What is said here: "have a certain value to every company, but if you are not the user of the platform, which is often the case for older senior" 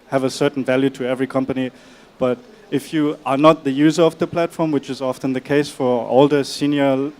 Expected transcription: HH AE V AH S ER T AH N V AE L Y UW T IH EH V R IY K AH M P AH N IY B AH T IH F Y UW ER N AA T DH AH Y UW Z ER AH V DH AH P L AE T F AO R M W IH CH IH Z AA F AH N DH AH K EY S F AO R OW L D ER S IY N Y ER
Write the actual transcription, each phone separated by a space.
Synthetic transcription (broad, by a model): HH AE V AH S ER T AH N V AE L Y UW T IH EH V R IY K AH M P AH N IY B AH T IH F Y UW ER N AA T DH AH Y UW Z ER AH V DH AH P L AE T F AO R M W IH CH IH Z AA F AH N DH AH K EY S F AO R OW L D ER S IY N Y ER